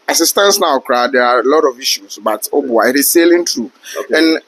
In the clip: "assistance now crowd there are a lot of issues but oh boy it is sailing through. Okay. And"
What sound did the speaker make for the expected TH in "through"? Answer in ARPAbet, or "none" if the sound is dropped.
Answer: T